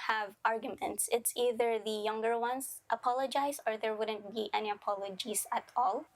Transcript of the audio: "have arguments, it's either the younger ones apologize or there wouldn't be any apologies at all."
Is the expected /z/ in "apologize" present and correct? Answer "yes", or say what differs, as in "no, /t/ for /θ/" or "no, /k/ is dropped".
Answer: no, /s/ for /z/